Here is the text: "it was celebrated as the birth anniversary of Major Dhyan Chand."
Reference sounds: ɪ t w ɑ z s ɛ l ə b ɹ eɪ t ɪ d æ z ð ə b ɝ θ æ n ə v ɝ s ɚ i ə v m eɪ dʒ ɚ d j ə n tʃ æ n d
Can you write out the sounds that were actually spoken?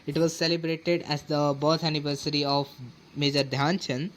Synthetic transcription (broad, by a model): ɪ t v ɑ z s ɛ l ə b ɹ eɪ t ɪ d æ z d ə b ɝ t æ n ə v ɝ s ɚ i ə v m eɪ dʒ ɚ d j ə n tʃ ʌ n